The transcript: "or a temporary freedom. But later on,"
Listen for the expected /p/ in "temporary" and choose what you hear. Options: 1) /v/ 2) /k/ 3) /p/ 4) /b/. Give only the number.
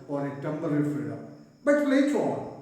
4